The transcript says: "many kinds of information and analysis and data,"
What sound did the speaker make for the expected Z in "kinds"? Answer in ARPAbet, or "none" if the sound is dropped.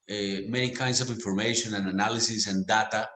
S